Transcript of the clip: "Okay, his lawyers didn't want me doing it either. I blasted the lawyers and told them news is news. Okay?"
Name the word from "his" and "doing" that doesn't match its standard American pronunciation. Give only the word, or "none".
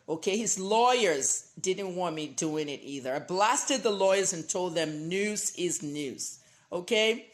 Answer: none